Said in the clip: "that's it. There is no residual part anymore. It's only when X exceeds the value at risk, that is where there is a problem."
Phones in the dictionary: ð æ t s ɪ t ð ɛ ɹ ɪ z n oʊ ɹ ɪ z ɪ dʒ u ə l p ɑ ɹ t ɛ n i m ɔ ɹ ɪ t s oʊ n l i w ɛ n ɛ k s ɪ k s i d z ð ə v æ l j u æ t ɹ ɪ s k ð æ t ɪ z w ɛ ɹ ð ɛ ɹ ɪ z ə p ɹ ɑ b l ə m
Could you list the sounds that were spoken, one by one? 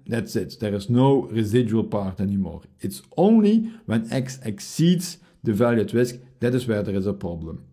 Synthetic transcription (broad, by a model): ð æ t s ɪ t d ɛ ɹ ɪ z n oʊ ɹ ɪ z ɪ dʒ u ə l p ɑ ɹ t ɛ n i m ɔ ɹ ɪ t s oʊ n l i w ɛ n ɛ k s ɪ k s i d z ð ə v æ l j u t w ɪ s k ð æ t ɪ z w ɛ ɹ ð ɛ ɹ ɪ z ə p ɹ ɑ b l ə m